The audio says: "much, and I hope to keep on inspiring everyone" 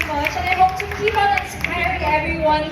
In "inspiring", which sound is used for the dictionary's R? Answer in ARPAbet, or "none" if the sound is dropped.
none